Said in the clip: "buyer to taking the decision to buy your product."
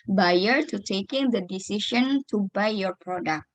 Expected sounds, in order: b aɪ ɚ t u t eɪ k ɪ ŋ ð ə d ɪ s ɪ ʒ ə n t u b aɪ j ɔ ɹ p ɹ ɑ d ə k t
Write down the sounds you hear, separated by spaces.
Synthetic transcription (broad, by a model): b aɪ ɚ t u t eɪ k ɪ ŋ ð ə d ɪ s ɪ ʃ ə n t u b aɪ j ɔ ɹ p ɹ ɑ d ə k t